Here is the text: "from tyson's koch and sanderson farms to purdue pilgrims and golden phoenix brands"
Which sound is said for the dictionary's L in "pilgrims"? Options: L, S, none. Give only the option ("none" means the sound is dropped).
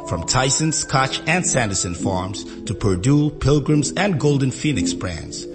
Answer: L